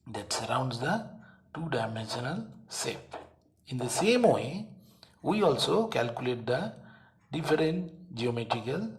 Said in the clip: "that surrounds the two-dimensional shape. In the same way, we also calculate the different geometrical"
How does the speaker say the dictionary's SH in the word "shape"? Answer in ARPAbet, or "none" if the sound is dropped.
S